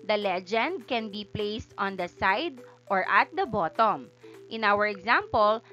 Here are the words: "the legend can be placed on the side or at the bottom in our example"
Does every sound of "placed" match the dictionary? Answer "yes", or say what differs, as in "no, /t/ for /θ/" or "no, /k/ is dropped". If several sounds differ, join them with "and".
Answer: yes